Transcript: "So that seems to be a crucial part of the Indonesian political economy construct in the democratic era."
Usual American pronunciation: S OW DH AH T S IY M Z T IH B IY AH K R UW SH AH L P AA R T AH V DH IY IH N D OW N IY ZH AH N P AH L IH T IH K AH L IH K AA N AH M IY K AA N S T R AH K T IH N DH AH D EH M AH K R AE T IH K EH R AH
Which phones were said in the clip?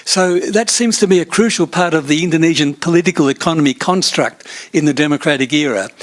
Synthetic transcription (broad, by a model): S OW DH AH T S IY M Z T IH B IY AH K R UW SH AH L P AA R T AH V DH IY IH N D OW N IY ZH AH N P AH L IH T IH K AH L IH K AA N AH M IY K AA N S T R AH K T IH N DH AH D EH M AH K R AE T IH K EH R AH